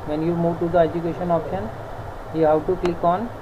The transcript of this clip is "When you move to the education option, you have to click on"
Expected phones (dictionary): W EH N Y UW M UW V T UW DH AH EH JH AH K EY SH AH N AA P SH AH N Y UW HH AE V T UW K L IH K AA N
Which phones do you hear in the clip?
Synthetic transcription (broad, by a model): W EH N Y UW M UW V T UW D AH EH JH AH K EY SH AH N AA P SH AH N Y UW HH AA W T UW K L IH K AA N